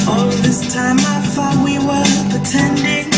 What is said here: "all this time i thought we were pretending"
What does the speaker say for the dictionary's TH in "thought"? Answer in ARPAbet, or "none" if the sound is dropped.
F